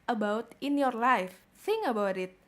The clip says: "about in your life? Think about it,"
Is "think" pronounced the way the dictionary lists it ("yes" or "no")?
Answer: no